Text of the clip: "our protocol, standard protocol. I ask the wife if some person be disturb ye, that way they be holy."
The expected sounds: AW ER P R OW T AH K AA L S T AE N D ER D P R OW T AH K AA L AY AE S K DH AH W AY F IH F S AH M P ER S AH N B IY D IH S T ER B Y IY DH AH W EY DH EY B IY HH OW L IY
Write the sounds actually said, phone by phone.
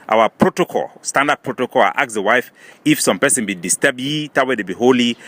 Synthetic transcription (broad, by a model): AW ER P R OW T AH K AA L S T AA N D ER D P R OW T AH K AA L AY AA K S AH W AY F IH F S AH M P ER S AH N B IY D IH S T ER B Y IY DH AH W EY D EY B IY HH OW L IY